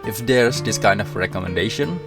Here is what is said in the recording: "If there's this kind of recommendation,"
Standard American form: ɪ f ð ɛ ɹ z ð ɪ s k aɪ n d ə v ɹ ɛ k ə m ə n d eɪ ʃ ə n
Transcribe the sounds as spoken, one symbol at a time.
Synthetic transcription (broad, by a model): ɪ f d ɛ ɹ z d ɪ s k aɪ n d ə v ɹ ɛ k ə m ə n d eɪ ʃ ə n